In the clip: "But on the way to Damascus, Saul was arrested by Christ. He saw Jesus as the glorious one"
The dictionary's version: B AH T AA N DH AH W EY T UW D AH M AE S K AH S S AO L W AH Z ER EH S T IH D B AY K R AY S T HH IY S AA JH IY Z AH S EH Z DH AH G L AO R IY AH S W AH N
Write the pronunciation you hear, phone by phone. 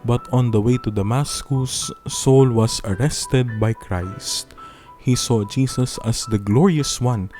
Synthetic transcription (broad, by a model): B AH T AA N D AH W EY T UW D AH M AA S K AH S S AO L W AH S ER EH S T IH D B AY K R AY S T HH IY S AA JH IY S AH S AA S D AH G L AO R IY AH S W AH N